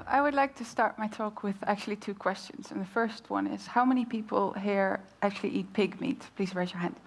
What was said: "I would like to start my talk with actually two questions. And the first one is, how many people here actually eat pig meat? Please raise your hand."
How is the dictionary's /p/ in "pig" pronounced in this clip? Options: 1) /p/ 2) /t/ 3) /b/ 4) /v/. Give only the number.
1